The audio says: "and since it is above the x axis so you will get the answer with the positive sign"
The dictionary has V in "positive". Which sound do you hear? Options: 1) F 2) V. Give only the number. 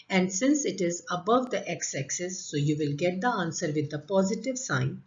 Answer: 2